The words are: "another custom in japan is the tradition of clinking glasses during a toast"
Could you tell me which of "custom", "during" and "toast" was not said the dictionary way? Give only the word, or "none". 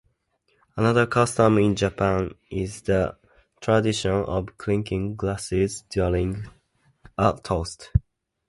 during